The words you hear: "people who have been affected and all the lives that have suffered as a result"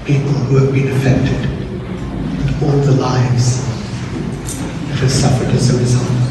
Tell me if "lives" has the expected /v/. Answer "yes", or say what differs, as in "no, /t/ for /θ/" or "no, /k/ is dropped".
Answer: yes